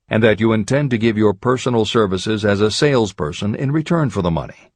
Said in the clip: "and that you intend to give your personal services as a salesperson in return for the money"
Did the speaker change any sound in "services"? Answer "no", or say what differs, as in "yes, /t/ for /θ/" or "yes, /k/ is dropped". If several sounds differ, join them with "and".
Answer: no